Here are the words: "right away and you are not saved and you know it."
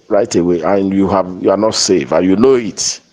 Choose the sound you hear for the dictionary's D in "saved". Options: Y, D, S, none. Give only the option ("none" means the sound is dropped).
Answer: none